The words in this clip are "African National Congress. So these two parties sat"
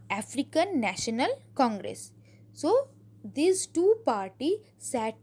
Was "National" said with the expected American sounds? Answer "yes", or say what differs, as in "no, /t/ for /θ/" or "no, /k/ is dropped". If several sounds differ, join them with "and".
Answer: yes